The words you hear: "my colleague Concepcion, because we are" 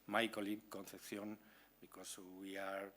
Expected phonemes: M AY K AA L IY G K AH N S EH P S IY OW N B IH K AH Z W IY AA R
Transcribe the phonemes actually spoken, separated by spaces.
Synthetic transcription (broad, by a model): M AY K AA L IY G K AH N TH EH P TH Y OW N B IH K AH S W IY AA R